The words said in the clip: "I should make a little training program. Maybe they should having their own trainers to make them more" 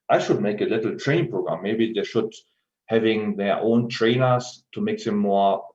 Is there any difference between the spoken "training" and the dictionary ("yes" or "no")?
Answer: yes